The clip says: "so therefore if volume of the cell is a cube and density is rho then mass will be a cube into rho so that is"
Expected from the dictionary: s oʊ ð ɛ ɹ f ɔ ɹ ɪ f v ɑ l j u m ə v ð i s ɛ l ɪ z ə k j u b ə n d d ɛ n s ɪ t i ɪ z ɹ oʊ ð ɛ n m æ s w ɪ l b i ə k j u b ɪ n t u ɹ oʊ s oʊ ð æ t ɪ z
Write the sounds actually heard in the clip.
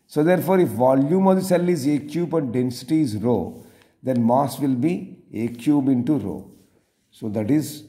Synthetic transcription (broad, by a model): s oʊ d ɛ ɹ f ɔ ɹ ɪ f v ɑ l j u m ə v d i s ɛ l ɪ z ə k j u b ə n d d ɛ n s ɪ t i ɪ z ɹ oʊ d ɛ n m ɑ s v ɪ l b i ə k j u b ɪ n t u ɹ oʊ s oʊ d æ t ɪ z